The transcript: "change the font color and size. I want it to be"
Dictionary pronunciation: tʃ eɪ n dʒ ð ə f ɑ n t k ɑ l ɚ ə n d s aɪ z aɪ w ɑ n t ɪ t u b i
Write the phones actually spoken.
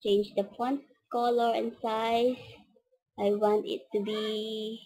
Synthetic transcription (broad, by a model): tʃ eɪ n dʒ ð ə p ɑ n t k ɑ l ɚ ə n s aɪ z aɪ w ɑ n t ɪ t u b i